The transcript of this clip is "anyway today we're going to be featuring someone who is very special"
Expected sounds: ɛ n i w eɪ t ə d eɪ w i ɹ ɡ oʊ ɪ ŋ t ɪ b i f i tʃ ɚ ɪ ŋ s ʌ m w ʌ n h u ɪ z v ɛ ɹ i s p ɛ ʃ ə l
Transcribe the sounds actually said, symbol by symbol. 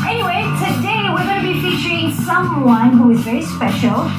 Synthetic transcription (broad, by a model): ɛ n i w eɪ t ə d eɪ w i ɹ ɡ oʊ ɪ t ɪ b i f i tʃ ɚ ɪ ŋ s ʌ m w ʌ n h u ɪ z v ɛ ɹ i s p ɛ ʃ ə l